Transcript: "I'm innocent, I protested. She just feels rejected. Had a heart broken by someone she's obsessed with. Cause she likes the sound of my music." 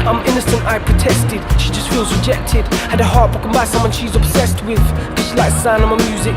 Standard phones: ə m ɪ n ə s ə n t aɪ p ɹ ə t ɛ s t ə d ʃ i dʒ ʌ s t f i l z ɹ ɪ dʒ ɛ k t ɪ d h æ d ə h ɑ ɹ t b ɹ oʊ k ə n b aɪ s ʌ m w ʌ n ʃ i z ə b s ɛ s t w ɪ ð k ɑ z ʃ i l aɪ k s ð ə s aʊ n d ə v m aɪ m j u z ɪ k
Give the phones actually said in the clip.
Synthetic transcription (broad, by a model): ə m ɪ n ə s ə n t aɪ p ɹ ə t ɛ s t ə d ʃ i dʒ ʌ s t f i l z ɹ ɪ dʒ ɛ k t ɪ d h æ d ə h ɑ ɹ t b oʊ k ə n b aɪ s ʌ m w ʌ n ʃ i z ə b s ɛ s t w ɪ ð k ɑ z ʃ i l aɪ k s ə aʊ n ə m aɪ m j u z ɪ k